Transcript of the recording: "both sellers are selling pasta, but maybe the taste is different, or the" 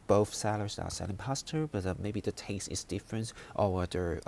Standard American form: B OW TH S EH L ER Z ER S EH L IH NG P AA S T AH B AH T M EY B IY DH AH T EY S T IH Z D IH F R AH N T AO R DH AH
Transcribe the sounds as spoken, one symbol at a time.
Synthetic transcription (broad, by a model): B OW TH S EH L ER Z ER S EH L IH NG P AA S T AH B AH T M EY B IY DH AH T EY S T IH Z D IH F R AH N T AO W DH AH